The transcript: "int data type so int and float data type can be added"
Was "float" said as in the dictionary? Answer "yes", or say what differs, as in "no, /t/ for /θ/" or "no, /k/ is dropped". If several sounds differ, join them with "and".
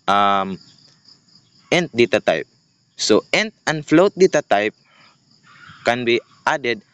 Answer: yes